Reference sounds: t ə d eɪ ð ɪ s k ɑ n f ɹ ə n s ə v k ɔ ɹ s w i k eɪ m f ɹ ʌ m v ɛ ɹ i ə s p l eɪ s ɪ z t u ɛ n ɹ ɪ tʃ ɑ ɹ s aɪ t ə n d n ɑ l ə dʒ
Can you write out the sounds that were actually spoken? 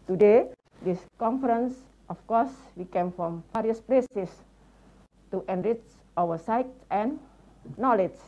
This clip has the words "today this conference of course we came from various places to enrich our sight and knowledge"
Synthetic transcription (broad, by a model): t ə d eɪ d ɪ s k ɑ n f ɹ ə n s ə f k ɔ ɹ s w i k eɪ m f ɹ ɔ m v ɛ ɹ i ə s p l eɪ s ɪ s t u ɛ n ɹ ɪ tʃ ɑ w s aɪ t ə n n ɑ l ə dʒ